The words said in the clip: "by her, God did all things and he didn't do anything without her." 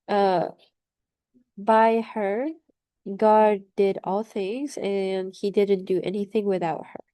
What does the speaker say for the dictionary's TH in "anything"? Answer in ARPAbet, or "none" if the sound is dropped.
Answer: TH